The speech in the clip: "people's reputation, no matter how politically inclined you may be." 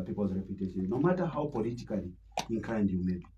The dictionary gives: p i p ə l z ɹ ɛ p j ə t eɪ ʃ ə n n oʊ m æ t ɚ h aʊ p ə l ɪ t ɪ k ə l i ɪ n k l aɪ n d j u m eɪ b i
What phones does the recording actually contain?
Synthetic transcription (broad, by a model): p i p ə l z ɹ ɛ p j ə t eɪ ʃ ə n n oʊ m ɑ t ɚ h aʊ p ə l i t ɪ k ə l i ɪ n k aɪ n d j u m eɪ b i